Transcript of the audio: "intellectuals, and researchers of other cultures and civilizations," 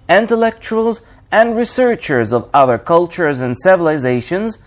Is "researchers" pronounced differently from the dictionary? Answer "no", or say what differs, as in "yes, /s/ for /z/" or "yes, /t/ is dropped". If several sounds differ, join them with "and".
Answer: no